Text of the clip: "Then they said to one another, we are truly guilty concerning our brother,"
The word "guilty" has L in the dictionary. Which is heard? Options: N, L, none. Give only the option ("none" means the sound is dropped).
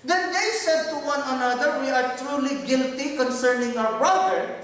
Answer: L